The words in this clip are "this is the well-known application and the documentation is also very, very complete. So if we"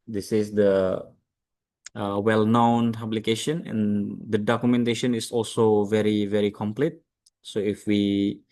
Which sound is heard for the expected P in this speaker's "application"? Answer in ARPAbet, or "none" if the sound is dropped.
B